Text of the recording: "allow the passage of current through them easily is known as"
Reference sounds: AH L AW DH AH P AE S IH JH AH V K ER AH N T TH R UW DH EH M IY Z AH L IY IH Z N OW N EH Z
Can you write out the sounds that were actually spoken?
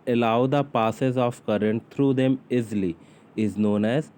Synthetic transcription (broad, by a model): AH L AW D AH P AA S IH Z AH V K ER AH N T T R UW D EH M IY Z L IY IH Z N OW N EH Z